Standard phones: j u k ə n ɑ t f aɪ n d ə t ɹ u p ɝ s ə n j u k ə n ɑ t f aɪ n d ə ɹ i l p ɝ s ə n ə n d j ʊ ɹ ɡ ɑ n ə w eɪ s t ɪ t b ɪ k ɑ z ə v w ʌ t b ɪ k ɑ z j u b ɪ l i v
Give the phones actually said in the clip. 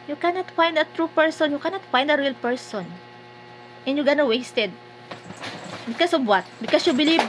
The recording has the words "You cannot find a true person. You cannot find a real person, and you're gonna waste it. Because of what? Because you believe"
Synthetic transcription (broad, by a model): j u k ə n ɑ t f aɪ n d ə t ɹ u p ɝ s ə n j u k ə n ɑ t f aɪ n d ə ɹ i l p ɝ s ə n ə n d j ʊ ɡ ɑ n ə w eɪ s t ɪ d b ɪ k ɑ s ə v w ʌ t b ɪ k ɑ s j u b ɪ l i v